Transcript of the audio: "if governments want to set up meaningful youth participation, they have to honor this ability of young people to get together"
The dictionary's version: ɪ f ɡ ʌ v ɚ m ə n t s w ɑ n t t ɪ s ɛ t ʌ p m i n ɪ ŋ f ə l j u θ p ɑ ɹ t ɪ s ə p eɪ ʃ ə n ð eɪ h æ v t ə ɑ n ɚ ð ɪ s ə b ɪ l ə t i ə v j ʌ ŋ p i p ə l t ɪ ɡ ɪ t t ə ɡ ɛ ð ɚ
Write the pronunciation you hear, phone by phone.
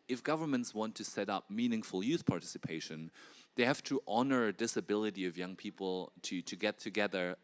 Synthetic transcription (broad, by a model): ɪ f ɡ ʌ v ɚ m ə n t s w ɑ n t t ɪ s ɛ t ʌ p m i n ɪ ŋ f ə l j u θ p ɑ ɹ t ɪ s ə p eɪ ʃ ə n ð eɪ h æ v t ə ɑ n ɚ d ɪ s ə b ɪ l ə t i ə v j ʌ ŋ p i p l t ɪ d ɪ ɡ t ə ɡ ɛ ð ɚ